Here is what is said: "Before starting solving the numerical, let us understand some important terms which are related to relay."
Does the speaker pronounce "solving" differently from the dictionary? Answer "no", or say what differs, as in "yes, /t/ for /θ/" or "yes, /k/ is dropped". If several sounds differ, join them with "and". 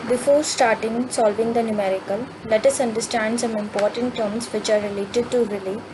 no